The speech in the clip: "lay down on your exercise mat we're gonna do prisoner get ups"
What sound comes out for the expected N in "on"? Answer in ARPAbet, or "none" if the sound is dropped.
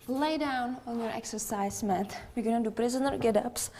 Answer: N